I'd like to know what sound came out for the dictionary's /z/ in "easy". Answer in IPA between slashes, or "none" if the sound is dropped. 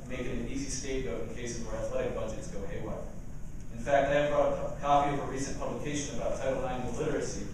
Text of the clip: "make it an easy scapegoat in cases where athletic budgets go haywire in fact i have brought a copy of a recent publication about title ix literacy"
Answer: /z/